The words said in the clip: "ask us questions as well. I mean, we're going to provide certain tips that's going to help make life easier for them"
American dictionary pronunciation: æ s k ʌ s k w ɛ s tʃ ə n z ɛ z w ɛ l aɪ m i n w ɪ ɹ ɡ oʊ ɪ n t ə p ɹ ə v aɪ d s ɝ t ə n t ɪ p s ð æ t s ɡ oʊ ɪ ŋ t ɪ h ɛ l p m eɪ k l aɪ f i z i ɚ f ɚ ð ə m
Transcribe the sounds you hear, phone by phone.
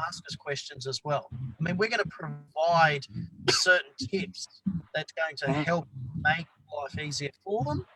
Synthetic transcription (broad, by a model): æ s k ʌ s k w ɛ s tʃ ə n z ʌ z w ɛ l aɪ m i n w ɪ ɹ ɡ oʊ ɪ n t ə p ɹ ə v aɪ d s ɝ t n t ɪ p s ð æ t s ɡ oʊ ɪ ŋ t ɪ h ɛ l p m eɪ k l aɪ f i z i ɚ f ɚ ð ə m